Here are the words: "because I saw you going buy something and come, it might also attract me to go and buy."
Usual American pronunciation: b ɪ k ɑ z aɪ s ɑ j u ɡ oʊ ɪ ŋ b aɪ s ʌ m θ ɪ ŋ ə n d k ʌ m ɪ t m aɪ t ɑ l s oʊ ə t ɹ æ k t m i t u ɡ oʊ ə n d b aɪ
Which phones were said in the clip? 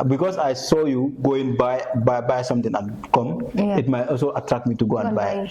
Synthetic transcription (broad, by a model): b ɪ k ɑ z aɪ s ɑ j u ɡ oʊ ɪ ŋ b aɪ s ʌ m t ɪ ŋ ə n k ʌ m ɪ t m aɪ t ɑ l s oʊ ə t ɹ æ k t m i t u ɡ oʊ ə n b aɪ